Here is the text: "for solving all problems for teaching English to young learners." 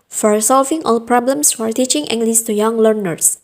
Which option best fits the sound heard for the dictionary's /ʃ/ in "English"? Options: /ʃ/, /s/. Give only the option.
/s/